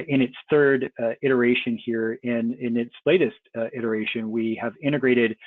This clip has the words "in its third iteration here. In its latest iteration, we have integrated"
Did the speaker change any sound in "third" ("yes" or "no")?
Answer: no